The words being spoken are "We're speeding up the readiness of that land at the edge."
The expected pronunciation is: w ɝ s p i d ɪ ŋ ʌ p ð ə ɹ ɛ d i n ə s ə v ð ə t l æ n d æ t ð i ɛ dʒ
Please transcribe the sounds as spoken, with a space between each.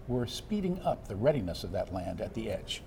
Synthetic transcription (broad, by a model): w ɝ s p i d ɪ ŋ ʌ p ð ə ɹ ɛ d i n ə s ə v ð ə t l æ n d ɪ t ð i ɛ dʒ